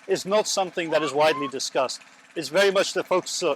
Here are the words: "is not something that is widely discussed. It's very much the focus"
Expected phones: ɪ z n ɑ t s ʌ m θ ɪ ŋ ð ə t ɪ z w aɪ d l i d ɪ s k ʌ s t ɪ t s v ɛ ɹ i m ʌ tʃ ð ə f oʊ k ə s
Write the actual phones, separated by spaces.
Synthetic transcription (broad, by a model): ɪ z n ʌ t s ʌ m θ ɪ ŋ ð ə t ɪ z w aɪ d l i d ɪ s k ʌ s t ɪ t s v ɛ ɹ i m ʌ tʃ ð ə f oʊ k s